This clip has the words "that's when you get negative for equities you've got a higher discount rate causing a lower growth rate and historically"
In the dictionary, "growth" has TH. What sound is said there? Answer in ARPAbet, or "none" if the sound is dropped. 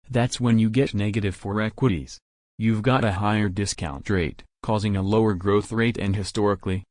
TH